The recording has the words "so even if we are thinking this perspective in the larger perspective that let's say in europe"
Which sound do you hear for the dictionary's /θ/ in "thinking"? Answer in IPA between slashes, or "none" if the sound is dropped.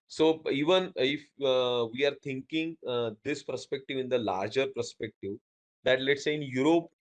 /t/